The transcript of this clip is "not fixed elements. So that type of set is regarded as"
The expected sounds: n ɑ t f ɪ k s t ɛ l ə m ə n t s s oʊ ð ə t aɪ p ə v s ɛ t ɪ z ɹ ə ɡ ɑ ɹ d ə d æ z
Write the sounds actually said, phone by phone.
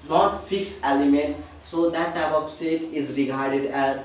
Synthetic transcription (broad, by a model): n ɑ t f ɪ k s ɛ l ə m ə n t s s oʊ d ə t aɪ p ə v s ɛ t ɪ z ɹ ə ɡ ɑ ɹ d ə d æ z